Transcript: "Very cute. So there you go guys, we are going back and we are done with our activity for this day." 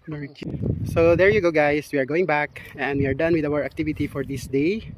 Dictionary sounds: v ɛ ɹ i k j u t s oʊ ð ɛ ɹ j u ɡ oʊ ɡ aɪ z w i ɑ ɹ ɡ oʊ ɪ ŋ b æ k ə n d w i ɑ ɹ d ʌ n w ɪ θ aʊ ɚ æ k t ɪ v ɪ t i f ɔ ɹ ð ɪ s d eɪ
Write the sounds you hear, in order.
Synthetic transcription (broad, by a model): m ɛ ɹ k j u s oʊ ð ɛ ɹ j u ɡ oʊ ɡ aɪ s w i ɑ ɹ ɡ oʊ ɪ ŋ b æ k ə n d w i ɑ ɹ d ʌ n w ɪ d aʊ ɚ æ k t ɪ v ɪ t i f ɔ ɹ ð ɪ s d eɪ